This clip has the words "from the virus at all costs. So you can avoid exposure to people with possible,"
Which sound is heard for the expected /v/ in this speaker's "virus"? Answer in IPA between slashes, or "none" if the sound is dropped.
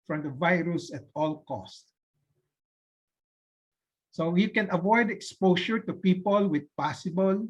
/v/